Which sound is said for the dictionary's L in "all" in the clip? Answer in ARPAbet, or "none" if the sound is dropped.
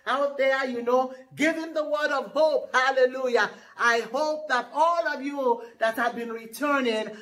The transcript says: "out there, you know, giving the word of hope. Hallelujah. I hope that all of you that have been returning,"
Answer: L